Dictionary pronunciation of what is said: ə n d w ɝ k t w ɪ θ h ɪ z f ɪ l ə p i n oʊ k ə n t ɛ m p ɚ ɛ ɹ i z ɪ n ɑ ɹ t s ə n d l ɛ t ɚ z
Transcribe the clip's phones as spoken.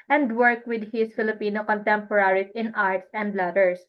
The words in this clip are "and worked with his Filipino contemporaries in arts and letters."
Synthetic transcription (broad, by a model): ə n d w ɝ k w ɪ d h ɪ s f ɪ l ə p i n oʊ k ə n t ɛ m p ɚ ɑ ɹ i ɪ n ɑ ɹ t s ə n d l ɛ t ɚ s